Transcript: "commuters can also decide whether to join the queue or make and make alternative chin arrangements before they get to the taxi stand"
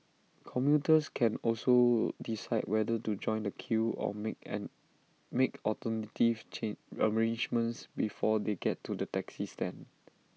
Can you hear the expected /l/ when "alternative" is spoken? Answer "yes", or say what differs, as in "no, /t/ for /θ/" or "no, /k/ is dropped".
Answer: no, /l/ is dropped